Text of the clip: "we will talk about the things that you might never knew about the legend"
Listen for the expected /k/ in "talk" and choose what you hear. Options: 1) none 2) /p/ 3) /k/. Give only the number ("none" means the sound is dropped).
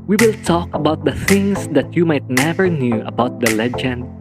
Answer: 3